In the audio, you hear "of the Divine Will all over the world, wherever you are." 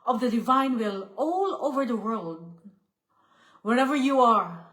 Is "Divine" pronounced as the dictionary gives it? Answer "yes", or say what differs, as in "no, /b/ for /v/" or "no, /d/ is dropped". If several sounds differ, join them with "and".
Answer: yes